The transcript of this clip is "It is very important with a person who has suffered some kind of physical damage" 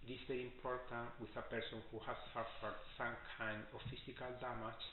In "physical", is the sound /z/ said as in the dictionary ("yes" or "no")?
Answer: no